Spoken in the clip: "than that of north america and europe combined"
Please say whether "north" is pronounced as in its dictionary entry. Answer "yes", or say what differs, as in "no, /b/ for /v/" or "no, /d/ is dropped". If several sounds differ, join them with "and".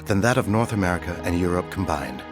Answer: yes